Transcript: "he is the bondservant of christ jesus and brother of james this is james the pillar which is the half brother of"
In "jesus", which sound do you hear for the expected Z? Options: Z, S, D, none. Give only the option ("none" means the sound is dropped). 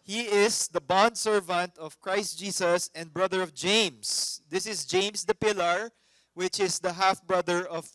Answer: S